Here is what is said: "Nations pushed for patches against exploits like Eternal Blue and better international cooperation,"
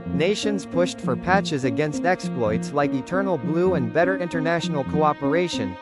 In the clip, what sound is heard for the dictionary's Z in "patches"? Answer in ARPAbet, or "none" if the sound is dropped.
Z